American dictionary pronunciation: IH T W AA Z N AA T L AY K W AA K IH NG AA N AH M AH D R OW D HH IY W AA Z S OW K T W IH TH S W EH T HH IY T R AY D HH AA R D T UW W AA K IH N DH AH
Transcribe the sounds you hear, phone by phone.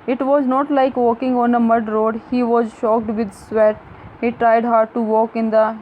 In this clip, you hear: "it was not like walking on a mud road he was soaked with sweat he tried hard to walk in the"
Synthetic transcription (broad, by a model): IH T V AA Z N AA T L AY K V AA K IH NG AA N AH M AH D R OW D HH IY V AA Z SH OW K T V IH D S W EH T HH IY T R AY D HH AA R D T UW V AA K IH N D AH